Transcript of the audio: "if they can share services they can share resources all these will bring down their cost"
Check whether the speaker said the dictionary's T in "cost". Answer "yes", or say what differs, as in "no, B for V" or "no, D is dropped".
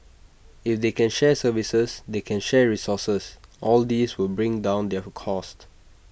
yes